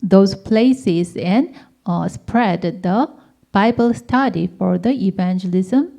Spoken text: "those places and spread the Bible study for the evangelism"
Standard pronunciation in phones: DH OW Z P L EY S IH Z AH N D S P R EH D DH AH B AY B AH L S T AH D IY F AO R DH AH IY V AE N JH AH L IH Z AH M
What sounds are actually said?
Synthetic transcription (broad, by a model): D OW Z P L EY S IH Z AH N S P R EH D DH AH B AY B AH L S T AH D IY F AO R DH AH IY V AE N JH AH L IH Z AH M